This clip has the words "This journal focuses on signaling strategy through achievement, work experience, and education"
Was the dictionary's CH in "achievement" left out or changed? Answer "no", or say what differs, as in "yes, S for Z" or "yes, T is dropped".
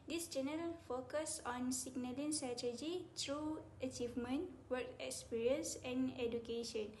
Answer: no